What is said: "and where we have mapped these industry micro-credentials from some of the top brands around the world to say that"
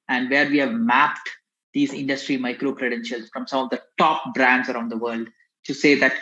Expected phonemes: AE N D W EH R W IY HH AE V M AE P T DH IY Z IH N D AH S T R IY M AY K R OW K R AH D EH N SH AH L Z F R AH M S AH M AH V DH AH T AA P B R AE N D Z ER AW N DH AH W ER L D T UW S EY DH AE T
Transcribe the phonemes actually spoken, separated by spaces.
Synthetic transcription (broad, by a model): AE N D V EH R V IY HH AE V M AE P T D IY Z IH N D AH S T R IY M AY K R OW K R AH D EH N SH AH L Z F R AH M S AH M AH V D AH T AA P B R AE N D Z ER AW N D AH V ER L D T UW S EY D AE T